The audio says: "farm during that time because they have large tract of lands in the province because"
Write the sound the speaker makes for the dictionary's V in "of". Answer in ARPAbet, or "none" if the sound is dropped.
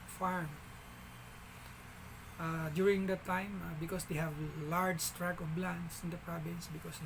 B